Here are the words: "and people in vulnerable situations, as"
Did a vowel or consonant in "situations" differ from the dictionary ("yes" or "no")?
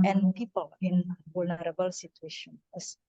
yes